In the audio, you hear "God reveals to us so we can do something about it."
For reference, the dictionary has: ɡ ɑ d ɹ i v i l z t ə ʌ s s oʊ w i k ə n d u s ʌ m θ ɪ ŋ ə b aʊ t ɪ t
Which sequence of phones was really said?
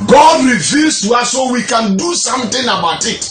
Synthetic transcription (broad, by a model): ɡ ɑ d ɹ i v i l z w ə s s oʊ w i k ə n d u s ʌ m t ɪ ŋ ə b aʊ t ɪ t